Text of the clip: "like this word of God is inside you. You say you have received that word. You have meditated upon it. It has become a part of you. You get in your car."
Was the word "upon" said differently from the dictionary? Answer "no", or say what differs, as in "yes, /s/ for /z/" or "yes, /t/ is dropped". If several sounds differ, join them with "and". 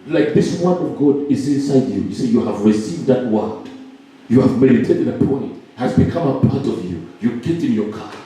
yes, /n/ is dropped